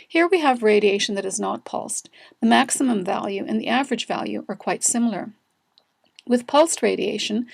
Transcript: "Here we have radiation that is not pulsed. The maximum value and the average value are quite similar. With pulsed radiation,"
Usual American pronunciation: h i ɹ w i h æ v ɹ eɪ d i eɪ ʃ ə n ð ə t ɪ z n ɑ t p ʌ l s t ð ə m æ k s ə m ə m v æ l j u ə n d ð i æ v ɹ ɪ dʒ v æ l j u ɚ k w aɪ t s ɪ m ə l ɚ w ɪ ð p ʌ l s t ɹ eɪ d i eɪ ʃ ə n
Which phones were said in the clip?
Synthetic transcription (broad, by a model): h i ɹ w i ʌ v ɹ eɪ d i eɪ ʃ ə n ð ə t ɪ z n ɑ t p ʌ l s t ð ə m æ k s ə m ə m v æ l j u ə n ð i æ v ɹ ɪ dʒ v æ l j u ɚ k w aɪ t s ɪ m l ɚ w ɪ ð p ʌ l s t ɹ eɪ d i eɪ ʃ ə n